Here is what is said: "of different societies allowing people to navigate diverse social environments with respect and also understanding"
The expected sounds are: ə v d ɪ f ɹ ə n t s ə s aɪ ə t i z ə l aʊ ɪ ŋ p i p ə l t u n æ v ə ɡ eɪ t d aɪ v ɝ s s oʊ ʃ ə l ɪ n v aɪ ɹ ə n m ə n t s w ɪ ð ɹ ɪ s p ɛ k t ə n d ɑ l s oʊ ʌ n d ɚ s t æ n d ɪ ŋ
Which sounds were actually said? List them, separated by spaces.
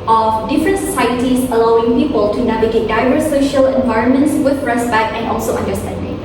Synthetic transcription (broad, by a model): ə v d ɪ f ɹ ə n t s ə s aɪ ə t i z ə l aʊ ɪ ŋ p i p ə l t u n æ v ə ɡ eɪ t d aɪ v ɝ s s oʊ ʃ ə l ɪ n v aɪ ɹ ə n m ə n t s w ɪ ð ɹ ɪ s p ɛ k t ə n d ɑ l s oʊ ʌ n d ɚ s t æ n d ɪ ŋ